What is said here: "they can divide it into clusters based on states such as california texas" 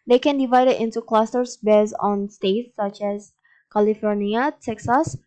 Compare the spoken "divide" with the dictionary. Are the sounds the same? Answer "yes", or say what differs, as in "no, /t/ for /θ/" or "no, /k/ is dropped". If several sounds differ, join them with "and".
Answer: yes